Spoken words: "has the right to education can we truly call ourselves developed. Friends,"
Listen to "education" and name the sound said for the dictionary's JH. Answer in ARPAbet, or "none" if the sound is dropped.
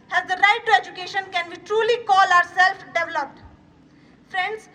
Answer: JH